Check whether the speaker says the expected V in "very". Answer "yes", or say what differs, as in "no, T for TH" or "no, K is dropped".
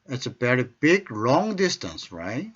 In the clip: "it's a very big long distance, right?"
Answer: no, B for V